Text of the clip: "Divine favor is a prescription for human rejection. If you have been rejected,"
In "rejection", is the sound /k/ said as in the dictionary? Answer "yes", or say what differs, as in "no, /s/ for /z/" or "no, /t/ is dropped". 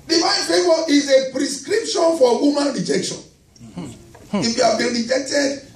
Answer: yes